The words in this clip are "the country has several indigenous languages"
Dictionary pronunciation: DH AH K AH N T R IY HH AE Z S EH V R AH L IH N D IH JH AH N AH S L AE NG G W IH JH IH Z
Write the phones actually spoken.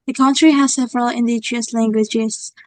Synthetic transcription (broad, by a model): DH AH K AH N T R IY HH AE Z S EH V R AH L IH N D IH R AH AH S L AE NG G W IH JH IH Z